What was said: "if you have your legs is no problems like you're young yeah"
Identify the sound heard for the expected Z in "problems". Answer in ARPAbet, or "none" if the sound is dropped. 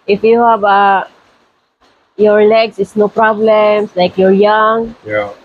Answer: S